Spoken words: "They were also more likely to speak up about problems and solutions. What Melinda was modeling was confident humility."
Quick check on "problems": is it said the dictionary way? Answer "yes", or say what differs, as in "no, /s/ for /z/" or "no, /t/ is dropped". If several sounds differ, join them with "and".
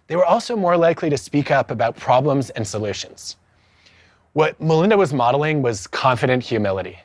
yes